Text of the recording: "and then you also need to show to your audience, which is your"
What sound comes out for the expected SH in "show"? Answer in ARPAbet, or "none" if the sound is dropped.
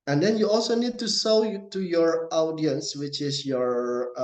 S